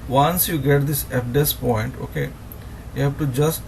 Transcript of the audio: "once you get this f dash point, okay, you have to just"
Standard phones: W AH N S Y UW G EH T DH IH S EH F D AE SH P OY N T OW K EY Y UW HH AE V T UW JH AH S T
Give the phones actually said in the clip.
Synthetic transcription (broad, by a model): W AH N S Y UW G EH T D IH S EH P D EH S P OY N T OW K EY Y UW HH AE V T UW JH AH S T